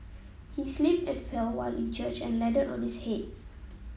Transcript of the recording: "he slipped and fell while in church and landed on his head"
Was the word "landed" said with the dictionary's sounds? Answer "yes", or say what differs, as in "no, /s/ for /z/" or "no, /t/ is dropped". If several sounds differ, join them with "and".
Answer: no, /n/ is dropped